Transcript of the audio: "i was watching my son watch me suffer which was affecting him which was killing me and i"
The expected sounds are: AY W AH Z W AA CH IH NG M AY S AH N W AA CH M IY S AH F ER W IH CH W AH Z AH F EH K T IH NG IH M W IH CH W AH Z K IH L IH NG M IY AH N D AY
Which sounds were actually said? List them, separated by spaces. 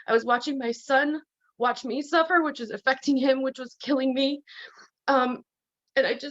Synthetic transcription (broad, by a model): AY W AH Z W AA CH IH NG M AY S AH N W AA CH M IY S AH F ER W IH CH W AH Z AH F EH K T IH NG IH M W IH CH W AH Z K IH L IH NG M IY AH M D AY